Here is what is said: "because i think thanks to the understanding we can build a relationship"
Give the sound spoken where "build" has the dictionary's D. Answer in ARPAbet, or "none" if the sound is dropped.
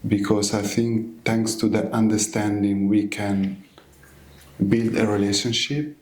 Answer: D